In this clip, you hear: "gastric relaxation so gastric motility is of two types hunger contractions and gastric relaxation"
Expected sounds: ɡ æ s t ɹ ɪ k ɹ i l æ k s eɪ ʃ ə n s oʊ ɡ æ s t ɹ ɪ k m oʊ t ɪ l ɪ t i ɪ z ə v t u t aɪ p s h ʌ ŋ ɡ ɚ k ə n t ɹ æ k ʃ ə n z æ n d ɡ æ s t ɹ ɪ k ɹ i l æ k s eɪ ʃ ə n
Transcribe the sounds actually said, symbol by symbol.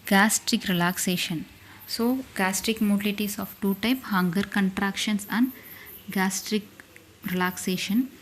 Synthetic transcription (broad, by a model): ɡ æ s t ɹ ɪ k ɹ i l æ k s eɪ ʃ ə n s oʊ ɡ æ s t ɹ ɪ k m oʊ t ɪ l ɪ t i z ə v t u t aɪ p h ʌ ŋ ɡ ɚ k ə n t ɹ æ k ʃ ə n s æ n d ɡ æ s t ɹ ɪ k ɹ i l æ k s eɪ ʃ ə n